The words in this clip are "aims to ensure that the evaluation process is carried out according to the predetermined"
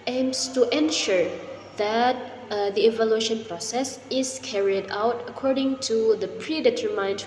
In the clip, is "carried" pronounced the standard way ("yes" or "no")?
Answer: yes